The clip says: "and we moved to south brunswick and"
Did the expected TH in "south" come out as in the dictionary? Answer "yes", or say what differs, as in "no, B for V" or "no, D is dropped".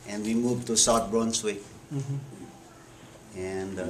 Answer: no, T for TH